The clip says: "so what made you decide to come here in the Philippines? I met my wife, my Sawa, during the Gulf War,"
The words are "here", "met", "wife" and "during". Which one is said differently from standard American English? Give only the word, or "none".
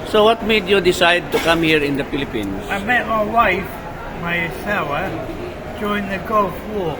during